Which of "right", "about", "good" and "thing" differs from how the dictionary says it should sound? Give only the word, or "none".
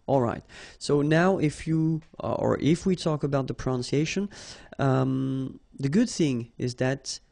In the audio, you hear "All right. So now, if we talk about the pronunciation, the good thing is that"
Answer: none